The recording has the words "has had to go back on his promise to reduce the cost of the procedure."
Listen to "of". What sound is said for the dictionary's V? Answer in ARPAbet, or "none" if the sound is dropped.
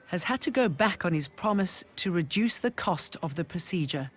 V